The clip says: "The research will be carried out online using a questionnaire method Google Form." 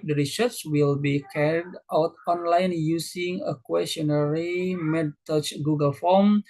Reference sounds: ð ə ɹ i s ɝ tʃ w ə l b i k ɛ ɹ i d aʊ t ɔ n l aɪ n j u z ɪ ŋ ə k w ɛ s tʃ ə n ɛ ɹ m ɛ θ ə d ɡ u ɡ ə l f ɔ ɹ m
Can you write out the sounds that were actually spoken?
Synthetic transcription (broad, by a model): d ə ɹ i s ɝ s w ə l b i k ɛ ɹ i d aʊ t ɔ n l aɪ n j u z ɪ ŋ ə k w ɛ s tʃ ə n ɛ ɹ m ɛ t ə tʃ ɡ u ɡ ə l f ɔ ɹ m